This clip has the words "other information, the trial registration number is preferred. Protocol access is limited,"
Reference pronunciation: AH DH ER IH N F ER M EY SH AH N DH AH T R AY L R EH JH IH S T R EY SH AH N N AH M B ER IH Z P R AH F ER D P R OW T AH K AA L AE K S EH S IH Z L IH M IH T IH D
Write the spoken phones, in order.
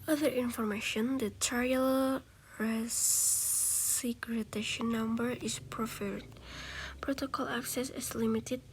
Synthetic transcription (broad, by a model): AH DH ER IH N F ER M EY SH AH N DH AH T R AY L R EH IH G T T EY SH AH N N AH M B ER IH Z P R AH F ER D P R OW T AH K AA L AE K S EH S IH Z L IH M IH T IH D